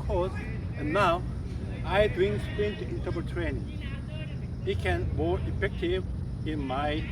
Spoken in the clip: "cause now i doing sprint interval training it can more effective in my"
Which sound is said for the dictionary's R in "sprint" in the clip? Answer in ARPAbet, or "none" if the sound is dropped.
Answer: none